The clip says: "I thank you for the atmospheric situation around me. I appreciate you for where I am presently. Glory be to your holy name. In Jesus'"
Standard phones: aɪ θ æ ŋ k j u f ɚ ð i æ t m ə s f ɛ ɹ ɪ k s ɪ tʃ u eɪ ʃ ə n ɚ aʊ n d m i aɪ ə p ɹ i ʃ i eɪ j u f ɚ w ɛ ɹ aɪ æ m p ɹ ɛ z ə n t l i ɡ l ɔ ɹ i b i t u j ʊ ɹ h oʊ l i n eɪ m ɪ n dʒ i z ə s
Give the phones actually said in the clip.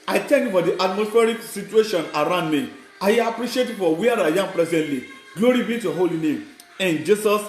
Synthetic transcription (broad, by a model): aɪ t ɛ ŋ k j u f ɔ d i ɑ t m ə s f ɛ ɹ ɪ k s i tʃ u eɪ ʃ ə n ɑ aʊ n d m i aɪ ə p ɹ i ʃ i eɪ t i f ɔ w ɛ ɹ aɪ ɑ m p ɹ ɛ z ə n t l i ɡ l ɔ ɹ i b i t u h oʊ l i n eɪ m ɪ n dʒ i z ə s